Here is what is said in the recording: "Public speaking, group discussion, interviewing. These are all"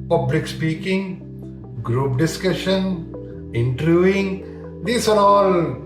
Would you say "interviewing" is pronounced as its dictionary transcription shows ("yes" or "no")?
no